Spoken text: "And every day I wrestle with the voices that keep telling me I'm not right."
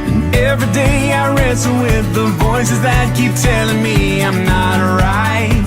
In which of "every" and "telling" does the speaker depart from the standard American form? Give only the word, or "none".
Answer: none